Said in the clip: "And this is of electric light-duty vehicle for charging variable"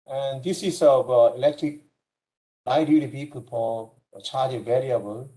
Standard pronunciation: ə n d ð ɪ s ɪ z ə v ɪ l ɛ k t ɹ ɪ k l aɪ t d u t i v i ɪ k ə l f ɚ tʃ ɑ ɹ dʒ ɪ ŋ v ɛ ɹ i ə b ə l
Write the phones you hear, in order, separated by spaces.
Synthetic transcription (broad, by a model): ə n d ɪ s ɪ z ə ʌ ɪ l ɛ k t ɹ ɪ k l aɪ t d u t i p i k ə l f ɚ tʃ ɑ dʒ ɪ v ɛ ɹ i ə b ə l